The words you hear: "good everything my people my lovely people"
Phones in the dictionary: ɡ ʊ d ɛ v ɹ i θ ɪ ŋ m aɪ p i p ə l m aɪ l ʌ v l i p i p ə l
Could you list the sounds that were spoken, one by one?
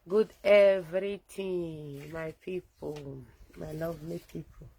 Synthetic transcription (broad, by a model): ɡ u d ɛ v ɹ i t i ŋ m aɪ p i p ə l m aɪ l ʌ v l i p i p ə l